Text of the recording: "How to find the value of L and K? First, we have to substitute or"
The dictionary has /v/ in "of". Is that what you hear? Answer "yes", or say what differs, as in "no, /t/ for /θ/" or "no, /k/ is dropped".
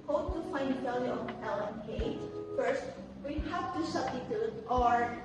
no, /p/ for /v/